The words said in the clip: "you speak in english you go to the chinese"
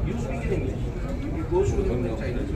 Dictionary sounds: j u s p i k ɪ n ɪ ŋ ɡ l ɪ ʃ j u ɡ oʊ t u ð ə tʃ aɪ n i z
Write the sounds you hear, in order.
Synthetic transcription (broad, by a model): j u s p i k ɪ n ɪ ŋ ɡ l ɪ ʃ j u ɡ oʊ s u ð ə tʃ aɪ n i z